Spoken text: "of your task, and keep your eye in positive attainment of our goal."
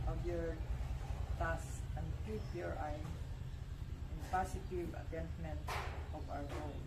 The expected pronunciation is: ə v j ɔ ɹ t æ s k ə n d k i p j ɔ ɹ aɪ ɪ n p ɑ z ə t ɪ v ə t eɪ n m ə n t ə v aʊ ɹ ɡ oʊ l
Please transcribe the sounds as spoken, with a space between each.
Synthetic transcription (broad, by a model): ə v j ɔ ɹ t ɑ s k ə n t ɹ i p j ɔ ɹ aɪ ɪ n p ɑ s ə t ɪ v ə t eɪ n m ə n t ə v aʊ ɹ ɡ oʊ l